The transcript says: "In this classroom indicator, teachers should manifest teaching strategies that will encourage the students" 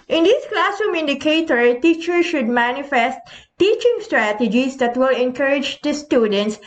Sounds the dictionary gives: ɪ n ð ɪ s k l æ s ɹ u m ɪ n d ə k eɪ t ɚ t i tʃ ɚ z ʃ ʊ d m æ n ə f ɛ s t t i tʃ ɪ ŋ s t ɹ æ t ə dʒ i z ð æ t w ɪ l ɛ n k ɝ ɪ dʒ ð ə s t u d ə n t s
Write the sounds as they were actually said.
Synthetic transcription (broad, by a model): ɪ n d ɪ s k l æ s u m ɪ n d ə k eɪ t ɚ t i tʃ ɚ ʃ ʊ d m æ n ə f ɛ s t t i tʃ ɪ ŋ s t ɹ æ t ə dʒ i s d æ t w ɪ l ɛ n k ɝ ɪ dʒ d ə s t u d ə n t s